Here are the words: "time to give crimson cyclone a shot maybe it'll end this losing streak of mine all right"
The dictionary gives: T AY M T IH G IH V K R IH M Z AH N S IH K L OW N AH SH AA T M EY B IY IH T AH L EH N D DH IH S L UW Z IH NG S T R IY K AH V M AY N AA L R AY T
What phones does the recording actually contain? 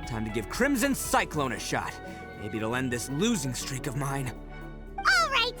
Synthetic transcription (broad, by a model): T AY M T IH G IH V K R IH M Z AH N S IH K L OW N AH SH AA T M EY B IY T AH L EH N DH IH S L UW Z IH NG S T R IY K AH V M AY N AA L R AY T